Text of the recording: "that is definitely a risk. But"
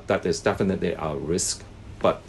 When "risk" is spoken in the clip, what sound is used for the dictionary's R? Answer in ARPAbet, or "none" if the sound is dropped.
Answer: R